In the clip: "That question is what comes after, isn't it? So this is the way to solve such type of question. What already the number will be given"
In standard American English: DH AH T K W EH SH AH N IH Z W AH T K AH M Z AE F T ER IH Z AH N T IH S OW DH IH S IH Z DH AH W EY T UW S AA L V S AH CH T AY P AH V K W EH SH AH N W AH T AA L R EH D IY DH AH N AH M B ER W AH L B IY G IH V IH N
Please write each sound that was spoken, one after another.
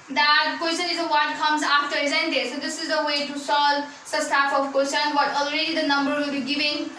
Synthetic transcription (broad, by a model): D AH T K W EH S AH N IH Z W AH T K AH M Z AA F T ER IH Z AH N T IH S OW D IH S IH Z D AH W EY T UW S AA L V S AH S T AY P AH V K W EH S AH N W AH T AA L R EH D IY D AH N AH M B ER W AH L B IY G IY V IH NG